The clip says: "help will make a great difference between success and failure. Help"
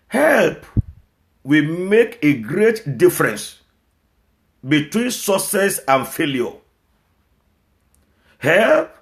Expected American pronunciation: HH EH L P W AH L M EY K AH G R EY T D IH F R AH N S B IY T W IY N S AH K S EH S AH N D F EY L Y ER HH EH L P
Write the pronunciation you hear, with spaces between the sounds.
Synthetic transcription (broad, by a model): HH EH L P W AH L M EY K AH G R EY T D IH F R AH N S B IY T W IY N S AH S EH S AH N F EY L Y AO HH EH L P